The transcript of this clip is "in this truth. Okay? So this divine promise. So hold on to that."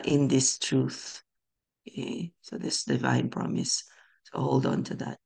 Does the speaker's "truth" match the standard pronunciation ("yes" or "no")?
yes